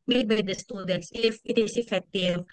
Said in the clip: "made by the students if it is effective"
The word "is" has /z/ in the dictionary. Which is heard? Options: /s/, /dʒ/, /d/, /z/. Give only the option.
/s/